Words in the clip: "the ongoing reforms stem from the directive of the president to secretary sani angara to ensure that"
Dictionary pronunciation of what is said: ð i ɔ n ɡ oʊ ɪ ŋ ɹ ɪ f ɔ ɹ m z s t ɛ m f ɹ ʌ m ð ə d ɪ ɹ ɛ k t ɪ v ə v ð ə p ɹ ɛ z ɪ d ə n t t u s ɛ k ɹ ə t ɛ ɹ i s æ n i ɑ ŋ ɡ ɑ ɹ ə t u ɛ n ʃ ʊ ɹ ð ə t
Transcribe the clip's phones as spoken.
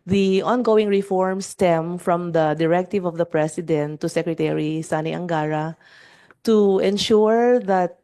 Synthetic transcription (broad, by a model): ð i ɔ n ɡ oʊ ɪ ŋ ɹ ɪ f ɔ ɹ m s t ɛ m f ɹ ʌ m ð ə d ɪ ɹ ɛ k t ɪ v ə v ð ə p ɹ ɛ s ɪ d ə n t t u s ɛ k ɹ ə t ɛ ɹ i s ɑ n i ɑ ŋ ɡ ɑ ɹ ə t u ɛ n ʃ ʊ ɹ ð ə t